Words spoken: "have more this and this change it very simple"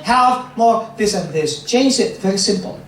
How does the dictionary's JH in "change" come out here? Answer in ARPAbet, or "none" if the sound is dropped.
Z